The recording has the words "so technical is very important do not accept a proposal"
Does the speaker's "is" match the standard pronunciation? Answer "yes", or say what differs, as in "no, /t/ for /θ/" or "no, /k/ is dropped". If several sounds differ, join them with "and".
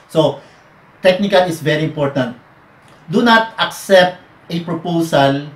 no, /s/ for /z/